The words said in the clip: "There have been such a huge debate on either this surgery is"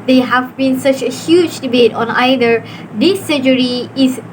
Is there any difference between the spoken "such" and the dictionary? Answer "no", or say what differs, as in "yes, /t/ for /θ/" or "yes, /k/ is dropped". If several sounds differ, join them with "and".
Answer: no